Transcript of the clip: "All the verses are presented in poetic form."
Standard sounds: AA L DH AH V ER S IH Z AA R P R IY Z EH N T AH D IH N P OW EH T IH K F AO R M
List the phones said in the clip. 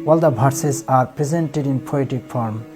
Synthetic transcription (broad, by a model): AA L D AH B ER S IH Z AA R P R IY Z EH N T AH D IH N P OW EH T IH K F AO R M